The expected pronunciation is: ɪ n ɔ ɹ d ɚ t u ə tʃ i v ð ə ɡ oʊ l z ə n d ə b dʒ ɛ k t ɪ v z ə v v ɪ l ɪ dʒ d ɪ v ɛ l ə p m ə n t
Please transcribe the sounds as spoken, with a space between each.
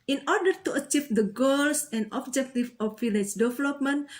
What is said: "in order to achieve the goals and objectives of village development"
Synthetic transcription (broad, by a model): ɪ n ɔ ɹ d ɚ t u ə tʃ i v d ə ɡ oʊ l s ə n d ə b dʒ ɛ k t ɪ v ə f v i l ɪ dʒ d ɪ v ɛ l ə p m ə n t